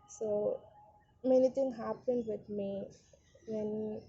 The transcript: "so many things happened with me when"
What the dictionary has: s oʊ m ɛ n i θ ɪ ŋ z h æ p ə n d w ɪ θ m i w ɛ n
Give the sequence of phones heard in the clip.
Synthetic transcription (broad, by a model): s oʊ m ɛ n i t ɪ ŋ h æ p ə n d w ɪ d m i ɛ n